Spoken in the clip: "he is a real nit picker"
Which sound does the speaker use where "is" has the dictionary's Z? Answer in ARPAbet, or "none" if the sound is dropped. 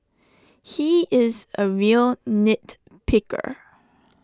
Z